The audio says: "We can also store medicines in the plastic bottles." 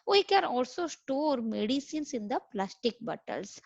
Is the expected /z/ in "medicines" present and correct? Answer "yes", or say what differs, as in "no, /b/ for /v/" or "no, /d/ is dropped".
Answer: no, /s/ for /z/